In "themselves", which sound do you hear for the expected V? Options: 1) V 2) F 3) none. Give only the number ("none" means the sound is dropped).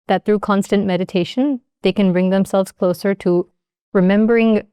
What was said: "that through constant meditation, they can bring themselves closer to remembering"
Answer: 1